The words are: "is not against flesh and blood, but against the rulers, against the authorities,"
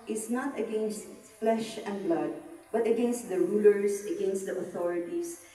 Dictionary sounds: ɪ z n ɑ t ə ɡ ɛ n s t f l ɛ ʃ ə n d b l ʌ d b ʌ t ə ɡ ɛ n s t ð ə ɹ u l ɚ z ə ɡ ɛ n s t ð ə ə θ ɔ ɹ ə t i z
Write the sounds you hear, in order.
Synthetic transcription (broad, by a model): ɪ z n ɑ t ə ɡ ɛ n s t f l ɛ ʃ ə n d b l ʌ d b ʌ t ə ɡ ɛ n s t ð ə ɹ u l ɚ s ə ɡ ɛ n s t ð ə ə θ ɔ ɹ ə t i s